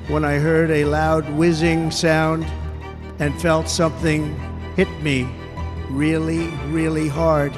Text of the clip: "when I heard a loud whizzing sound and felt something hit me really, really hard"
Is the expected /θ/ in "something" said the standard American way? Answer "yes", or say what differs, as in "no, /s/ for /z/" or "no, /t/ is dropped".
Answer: yes